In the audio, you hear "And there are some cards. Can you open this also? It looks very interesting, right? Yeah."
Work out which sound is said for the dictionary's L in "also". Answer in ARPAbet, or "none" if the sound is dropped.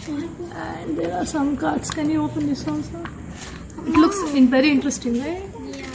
N